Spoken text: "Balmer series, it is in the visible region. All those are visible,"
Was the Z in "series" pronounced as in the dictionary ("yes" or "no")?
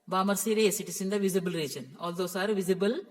no